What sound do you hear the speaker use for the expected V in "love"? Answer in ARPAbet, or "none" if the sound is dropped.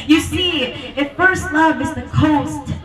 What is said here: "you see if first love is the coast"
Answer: V